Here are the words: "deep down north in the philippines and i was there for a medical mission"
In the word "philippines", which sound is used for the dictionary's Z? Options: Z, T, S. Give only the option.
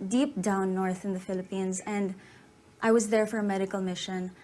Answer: Z